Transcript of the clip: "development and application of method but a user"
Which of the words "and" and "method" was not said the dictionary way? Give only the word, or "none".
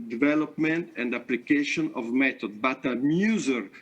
method